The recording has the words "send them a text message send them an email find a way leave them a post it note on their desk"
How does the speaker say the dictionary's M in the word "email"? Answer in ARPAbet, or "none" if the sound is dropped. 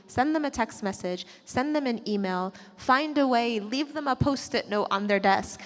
M